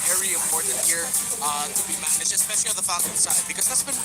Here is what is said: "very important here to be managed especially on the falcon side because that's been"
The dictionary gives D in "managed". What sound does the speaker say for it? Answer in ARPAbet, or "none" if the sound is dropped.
none